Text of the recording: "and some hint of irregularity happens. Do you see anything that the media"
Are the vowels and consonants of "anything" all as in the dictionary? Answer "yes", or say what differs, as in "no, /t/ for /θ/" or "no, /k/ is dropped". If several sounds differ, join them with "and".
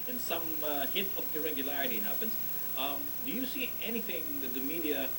yes